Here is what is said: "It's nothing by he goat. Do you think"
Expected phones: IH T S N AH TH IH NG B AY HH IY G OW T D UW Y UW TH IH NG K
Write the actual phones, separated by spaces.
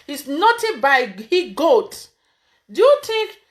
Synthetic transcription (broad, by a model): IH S N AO T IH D B AY HH IY G OW T D UW Y UW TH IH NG K